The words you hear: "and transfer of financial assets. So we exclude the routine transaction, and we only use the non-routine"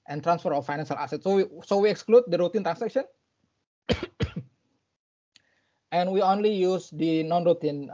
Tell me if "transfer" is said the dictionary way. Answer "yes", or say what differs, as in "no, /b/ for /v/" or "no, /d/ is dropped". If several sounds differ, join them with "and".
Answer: yes